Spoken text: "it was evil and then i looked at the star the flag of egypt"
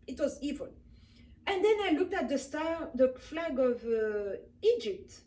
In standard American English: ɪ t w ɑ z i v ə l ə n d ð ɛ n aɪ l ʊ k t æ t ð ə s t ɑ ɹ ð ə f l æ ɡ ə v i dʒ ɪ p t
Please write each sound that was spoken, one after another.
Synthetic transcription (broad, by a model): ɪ t w ɑ z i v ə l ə n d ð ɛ n aɪ l ʊ k t æ t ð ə s t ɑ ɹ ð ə f l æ ɡ ə v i dʒ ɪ p t